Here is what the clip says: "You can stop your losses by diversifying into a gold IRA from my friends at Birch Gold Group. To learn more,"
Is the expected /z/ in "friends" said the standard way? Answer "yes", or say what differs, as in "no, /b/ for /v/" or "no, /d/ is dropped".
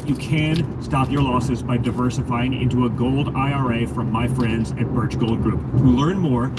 yes